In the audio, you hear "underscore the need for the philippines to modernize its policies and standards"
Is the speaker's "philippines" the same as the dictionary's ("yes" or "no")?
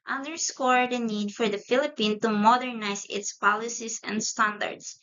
no